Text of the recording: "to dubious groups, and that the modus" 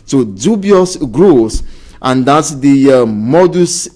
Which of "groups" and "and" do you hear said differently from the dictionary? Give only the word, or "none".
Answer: groups